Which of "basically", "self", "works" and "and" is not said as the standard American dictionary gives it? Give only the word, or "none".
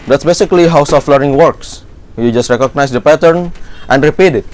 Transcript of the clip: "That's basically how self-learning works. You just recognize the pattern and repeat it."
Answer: self